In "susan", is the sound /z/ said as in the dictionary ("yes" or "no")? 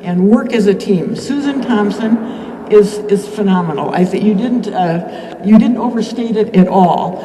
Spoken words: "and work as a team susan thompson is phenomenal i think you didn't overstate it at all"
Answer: yes